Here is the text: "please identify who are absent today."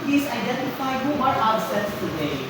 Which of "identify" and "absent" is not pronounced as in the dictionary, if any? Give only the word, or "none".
absent